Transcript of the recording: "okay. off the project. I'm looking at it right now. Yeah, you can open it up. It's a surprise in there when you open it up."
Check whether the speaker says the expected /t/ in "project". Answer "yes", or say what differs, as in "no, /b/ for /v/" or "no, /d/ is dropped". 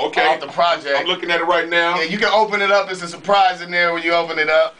no, /t/ is dropped